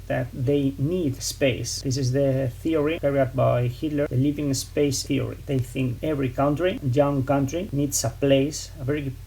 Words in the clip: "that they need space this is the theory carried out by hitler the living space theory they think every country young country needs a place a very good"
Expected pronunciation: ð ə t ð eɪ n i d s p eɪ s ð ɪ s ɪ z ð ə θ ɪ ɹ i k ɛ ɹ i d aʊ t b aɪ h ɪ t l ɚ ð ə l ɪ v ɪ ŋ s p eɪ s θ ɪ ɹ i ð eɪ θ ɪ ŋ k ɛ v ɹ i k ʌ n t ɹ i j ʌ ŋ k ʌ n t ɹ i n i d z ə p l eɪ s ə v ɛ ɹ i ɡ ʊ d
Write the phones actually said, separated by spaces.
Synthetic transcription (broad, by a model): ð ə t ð eɪ n i d s p eɪ s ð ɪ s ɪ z ð ə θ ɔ ɹ i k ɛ ɹ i aʊ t b aɪ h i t l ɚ ð ə l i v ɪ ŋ s p eɪ s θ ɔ ɹ i ð eɪ θ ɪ ŋ k ɛ v ɹ i k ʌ n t ɹ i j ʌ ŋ k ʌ n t ɹ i n i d s ə p l eɪ s ə v ɛ ɹ i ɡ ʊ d